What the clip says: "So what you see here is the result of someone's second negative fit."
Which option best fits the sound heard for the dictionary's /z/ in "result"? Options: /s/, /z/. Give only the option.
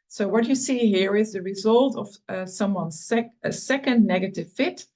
/z/